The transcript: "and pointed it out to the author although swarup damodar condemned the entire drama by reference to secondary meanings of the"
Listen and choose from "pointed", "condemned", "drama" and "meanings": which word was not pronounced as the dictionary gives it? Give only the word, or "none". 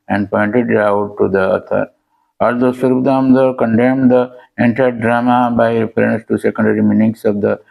meanings